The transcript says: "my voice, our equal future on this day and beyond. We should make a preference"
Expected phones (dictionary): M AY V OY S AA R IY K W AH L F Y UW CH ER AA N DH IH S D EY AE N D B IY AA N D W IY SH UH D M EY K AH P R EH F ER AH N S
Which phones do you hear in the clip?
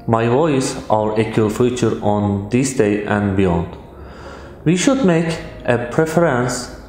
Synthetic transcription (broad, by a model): M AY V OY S AA R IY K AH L F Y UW CH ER AA N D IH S D EY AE N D B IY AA N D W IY SH UH D M EY K AH P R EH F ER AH N S